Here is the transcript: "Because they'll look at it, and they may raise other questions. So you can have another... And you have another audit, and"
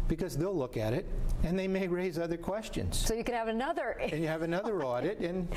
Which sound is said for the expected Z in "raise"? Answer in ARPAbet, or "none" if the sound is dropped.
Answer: Z